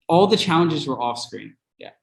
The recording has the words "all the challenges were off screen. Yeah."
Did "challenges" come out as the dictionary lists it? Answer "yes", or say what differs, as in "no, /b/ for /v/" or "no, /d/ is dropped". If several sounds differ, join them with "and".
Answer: yes